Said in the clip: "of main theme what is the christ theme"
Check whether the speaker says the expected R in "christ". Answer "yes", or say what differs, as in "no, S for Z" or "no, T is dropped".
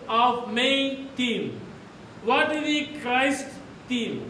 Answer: yes